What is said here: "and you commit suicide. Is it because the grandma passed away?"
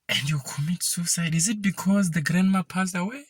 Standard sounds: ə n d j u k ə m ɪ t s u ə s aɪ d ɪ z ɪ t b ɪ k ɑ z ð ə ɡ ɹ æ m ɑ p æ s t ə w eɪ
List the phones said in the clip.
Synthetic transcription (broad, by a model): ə n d j u k ə m ɪ t s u s aɪ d ɪ z ɪ t b ɪ k ɑ z ð ə ɡ ɹ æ m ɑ p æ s ə w eɪ